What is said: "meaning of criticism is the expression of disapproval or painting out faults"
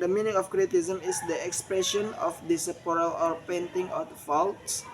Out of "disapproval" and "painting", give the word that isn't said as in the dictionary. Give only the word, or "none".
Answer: disapproval